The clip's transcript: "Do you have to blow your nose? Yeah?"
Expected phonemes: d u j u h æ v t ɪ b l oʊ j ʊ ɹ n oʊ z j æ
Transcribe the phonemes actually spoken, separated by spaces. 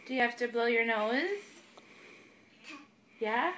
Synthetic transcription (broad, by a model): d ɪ j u h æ f t ɪ b l oʊ j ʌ ɹ n oʊ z j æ